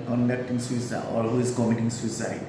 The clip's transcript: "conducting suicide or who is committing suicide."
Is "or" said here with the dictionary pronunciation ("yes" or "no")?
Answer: no